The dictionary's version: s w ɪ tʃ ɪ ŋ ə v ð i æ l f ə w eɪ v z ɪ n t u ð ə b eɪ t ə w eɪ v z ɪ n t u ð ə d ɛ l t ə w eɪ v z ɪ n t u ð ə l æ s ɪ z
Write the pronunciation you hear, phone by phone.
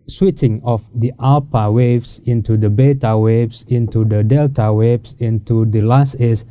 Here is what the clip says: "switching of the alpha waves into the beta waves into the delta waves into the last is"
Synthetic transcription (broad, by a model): s w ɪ tʃ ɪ ŋ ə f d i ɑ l p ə w eɪ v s ɪ n t u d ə b eɪ t ə w eɪ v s ɪ n t u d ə d ɛ l t ə w eɪ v s ɪ n t u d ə l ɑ s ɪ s